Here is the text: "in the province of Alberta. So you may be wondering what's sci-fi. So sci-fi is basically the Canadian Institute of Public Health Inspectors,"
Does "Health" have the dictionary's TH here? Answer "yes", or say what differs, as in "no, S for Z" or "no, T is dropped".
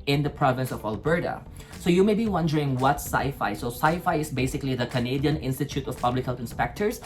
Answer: no, T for TH